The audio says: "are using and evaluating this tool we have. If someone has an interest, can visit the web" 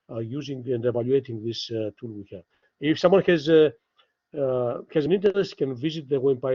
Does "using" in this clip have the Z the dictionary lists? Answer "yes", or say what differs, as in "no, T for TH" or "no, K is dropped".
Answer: yes